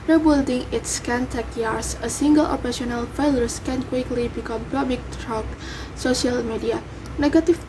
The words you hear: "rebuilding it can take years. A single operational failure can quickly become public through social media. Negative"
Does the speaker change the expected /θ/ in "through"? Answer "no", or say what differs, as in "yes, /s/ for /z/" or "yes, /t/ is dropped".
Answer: yes, /t/ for /θ/